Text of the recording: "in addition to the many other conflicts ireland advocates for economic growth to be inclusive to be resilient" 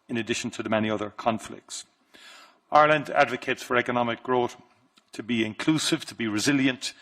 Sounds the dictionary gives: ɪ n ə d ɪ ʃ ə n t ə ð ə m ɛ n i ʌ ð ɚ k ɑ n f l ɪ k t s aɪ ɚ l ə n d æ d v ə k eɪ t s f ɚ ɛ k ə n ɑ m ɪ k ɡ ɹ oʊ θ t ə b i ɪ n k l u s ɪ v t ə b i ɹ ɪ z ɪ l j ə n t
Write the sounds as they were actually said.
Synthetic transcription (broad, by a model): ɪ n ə d ɪ ʃ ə n t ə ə m ɛ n i ʌ ð ɚ k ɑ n f l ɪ k t s aɪ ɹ l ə n d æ d v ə k eɪ t s f ɚ ɛ k ə n ɑ m ɪ k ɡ ɹ oʊ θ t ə b i ɪ n k l u s ɪ v t ə b i ɹ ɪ z ɪ l j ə n t